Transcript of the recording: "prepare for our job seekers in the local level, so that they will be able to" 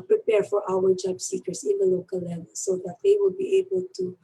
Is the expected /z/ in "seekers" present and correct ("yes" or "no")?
no